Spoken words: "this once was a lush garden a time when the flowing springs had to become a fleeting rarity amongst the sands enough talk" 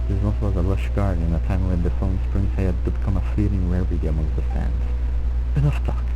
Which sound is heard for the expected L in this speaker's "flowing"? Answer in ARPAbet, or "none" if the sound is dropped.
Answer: none